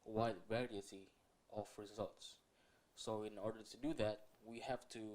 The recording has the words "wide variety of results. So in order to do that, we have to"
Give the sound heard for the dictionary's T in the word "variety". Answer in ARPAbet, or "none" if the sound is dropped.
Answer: S